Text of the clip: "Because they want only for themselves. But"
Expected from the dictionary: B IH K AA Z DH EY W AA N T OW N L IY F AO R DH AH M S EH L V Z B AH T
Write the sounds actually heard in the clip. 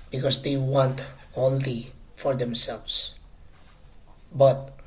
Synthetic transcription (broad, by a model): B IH K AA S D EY W AA N T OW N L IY F AO R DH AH M S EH L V S B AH T